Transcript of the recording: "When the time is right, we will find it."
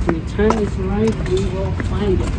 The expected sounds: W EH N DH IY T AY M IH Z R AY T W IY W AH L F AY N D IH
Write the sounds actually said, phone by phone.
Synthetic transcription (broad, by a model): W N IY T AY IH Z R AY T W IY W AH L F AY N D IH